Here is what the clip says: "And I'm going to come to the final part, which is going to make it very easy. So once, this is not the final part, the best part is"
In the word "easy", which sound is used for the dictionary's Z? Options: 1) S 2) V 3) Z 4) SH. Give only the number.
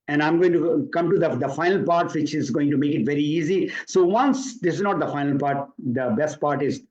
3